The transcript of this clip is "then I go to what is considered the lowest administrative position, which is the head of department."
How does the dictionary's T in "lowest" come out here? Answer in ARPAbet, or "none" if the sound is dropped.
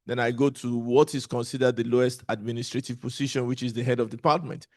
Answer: T